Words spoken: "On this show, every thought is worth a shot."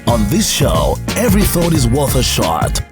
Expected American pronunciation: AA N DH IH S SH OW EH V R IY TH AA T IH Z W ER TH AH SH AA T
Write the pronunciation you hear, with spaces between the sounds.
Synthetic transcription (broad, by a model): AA N DH IH S SH OW EH V R IY TH AA T IH Z W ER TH AH SH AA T